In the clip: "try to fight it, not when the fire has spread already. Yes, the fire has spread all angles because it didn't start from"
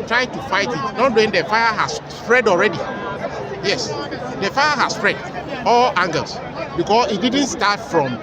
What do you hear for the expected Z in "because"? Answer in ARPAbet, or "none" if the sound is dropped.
S